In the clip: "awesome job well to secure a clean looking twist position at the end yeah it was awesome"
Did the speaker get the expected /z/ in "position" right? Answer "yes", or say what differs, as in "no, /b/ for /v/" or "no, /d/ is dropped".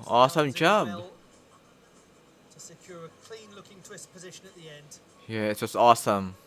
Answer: yes